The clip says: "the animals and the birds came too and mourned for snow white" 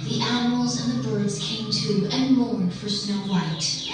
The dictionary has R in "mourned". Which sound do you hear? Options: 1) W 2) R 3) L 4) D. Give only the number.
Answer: 3